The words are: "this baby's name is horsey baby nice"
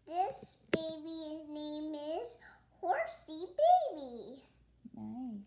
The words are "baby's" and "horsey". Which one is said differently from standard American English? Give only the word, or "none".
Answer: none